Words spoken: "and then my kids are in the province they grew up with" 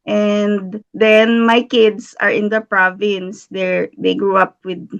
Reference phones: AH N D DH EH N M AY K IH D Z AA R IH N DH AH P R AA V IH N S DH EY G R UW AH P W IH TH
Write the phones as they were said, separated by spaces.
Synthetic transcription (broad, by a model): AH N D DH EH N M AY K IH D S AA R IH N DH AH P R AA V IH N S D EY G R UW AH P W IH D